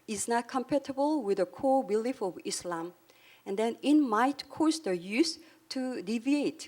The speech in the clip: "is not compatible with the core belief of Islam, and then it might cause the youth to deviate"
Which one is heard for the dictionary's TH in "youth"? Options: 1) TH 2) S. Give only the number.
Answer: 2